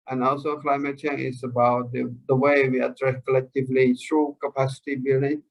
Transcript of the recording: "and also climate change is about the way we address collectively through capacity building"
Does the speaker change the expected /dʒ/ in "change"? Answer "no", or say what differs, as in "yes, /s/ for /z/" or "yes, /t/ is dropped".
yes, /dʒ/ is dropped